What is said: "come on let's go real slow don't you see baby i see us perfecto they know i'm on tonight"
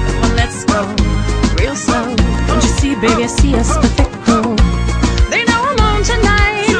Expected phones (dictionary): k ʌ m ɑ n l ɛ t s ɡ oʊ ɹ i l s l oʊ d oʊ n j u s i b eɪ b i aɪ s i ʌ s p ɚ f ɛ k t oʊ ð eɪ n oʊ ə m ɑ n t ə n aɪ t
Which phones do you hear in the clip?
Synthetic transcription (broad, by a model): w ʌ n l ɛ t s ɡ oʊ ɹ i l s oʊ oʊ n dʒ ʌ s i b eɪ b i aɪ s i ʌ s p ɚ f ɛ k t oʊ ð eɪ n oʊ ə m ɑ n t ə n aɪ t